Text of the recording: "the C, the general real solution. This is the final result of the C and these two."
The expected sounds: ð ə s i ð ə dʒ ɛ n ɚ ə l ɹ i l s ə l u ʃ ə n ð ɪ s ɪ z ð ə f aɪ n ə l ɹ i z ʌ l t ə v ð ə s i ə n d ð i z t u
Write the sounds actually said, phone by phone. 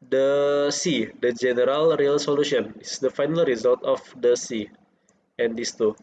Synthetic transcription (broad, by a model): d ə s i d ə dʒ ɛ n ɚ ə l ɹ i l s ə l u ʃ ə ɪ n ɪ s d ə f aɪ n ə l ɹ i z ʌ l t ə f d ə s i ə n d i s t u